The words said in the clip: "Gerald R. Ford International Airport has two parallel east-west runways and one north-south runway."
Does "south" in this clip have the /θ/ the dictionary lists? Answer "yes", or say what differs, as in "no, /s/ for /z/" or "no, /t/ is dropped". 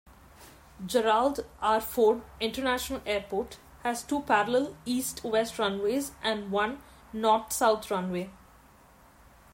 no, /t/ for /θ/